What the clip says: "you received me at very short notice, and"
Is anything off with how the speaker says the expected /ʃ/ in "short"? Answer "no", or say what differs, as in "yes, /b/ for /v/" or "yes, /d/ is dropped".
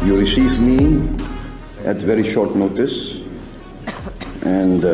no